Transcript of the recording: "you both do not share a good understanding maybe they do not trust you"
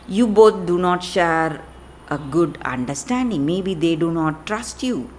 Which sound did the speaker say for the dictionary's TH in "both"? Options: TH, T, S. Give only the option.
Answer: T